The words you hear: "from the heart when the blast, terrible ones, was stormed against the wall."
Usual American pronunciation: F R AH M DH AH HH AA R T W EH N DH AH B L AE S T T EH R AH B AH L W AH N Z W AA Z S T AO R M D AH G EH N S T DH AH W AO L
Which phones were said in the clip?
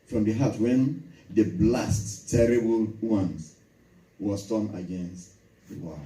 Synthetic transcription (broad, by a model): F R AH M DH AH HH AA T W EH N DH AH B L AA S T T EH R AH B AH L W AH N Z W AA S T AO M AH G EH N S T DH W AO